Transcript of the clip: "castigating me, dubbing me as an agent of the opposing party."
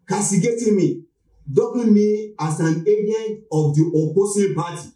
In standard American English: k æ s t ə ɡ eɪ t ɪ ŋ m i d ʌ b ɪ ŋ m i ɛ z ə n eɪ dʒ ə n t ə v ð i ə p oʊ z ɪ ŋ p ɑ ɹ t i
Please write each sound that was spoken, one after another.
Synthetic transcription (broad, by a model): k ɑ s t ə ɡ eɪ t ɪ m i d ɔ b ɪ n m i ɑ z ə n eɪ dʒ ə n t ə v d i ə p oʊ s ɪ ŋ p ɑ t i